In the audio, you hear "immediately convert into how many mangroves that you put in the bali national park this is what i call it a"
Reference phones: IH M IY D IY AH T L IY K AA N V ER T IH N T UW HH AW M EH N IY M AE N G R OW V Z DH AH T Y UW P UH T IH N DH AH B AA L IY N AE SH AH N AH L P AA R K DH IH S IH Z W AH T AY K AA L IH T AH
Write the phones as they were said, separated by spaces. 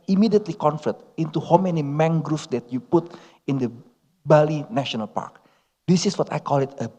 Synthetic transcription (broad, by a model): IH M IY D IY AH T L IY K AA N F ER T IH N T UW HH AW M EH N IY M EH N G R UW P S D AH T Y UW P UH T IH N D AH B AA L IY N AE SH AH N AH L P AA R K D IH S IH S W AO T AY K AA L IH T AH